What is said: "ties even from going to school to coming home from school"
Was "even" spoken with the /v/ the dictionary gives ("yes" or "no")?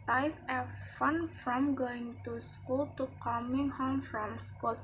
no